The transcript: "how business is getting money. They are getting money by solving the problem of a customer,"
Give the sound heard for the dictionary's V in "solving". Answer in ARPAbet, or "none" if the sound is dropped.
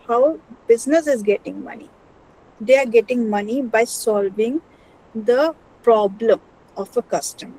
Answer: V